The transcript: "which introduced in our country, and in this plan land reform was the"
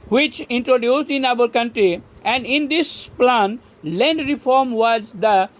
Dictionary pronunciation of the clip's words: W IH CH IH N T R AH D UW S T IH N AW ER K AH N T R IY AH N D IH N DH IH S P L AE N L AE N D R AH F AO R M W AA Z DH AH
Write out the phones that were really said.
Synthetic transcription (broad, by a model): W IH CH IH N T R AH D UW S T IH N AW ER K AH N T R IY AH N D IH N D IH S P L AE N L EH N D R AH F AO R M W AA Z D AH